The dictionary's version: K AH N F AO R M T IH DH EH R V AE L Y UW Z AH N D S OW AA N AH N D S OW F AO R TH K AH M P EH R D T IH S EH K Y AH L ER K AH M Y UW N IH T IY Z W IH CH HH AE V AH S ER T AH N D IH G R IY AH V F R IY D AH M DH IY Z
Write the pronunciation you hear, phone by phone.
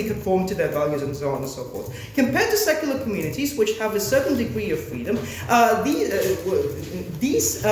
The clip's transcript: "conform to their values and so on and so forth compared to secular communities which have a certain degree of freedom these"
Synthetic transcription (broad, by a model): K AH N F AO R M T IH DH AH R V AE L Y UW Z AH N S OW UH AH N S OW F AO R S K AH M P EH R D T IH S EH K Y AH L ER K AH M Y UW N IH T IY Z W IH CH HH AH V AH S ER T N D IH G R IY AH V F R IY D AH M DH IY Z